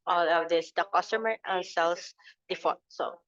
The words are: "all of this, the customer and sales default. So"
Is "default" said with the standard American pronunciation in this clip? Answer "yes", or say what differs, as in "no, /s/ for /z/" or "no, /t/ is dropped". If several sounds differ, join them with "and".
no, /l/ is dropped